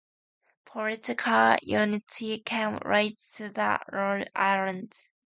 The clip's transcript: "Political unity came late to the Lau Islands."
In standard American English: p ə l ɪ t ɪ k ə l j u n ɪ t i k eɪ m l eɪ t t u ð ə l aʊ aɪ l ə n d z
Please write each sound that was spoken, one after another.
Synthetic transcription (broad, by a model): p ə l ɪ t ɪ k ə l j u n ɪ t i k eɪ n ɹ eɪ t t u ð ə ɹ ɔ aɪ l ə n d